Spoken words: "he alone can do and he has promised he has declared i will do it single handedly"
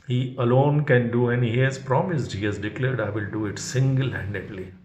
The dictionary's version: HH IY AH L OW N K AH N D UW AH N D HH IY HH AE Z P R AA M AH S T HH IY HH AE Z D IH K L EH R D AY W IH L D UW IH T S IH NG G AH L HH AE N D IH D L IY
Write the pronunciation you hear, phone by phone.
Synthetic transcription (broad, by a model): HH IY AH L OW N K AH N D UW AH N IY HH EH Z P R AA M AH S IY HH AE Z D IH K L EH R D AY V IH L D UW IH T S IH NG G AH L HH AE N D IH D L IY